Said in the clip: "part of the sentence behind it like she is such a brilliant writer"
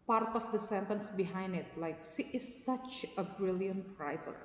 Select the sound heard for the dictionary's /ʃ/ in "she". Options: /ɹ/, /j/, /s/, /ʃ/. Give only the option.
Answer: /s/